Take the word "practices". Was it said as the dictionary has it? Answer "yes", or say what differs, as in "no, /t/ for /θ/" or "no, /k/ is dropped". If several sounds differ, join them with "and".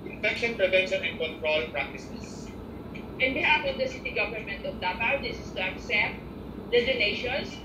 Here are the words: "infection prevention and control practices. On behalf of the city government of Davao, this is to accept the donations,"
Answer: no, /s/ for /z/